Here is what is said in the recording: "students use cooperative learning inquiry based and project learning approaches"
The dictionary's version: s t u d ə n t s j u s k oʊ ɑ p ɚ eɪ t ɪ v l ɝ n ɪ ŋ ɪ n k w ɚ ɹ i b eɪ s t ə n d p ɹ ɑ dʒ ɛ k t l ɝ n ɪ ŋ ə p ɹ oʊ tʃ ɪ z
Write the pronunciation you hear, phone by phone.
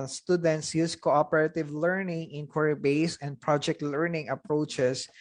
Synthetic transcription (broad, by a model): s t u d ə n t s j u s k oʊ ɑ p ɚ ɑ t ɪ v l ɝ n ɪ ŋ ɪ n k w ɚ ɹ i b eɪ s ə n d p ɹ ɑ dʒ ɛ k t l ɝ n ɪ ŋ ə p ɹ oʊ tʃ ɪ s